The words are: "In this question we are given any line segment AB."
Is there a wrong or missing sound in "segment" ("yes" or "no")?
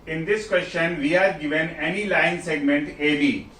no